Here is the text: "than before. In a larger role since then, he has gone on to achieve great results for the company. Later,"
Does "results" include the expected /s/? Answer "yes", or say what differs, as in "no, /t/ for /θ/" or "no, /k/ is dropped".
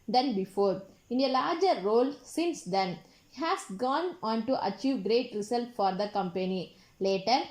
no, /s/ is dropped